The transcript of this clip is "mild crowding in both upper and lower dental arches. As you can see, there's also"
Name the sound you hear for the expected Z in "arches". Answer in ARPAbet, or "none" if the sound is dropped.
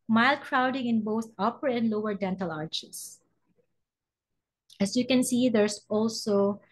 S